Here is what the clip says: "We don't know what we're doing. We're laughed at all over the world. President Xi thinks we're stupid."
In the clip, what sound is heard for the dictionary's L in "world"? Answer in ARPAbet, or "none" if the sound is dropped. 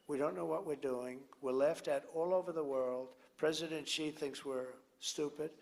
L